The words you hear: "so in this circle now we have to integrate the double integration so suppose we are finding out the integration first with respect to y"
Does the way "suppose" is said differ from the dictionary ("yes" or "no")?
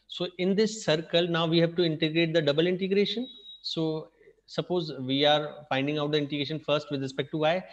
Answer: no